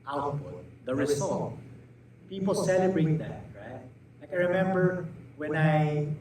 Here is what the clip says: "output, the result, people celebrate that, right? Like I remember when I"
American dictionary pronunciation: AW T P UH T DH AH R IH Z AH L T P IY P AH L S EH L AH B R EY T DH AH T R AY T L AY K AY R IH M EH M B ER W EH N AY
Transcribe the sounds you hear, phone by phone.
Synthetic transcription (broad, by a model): AW T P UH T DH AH R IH S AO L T P IY P AH L S EH L AH B R EY T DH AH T R AY T L AY K AY R IH M EH M B ER W EH N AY